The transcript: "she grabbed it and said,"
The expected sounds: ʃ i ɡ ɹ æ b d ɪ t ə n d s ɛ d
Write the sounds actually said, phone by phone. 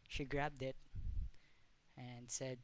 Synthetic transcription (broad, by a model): ʃ i ɡ ɹ æ b d ɪ t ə n s ɛ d